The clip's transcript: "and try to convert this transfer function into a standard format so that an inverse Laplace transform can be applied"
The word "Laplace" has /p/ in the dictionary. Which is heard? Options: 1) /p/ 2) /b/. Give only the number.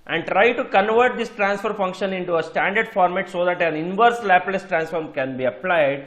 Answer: 1